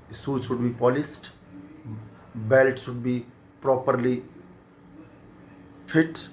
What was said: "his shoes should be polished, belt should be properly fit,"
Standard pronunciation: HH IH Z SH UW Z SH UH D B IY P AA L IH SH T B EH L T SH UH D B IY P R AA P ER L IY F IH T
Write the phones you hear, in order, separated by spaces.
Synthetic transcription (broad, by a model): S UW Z SH UH D B IY P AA L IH S T B EH L T SH UH D B IY P R AA P ER L IY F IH T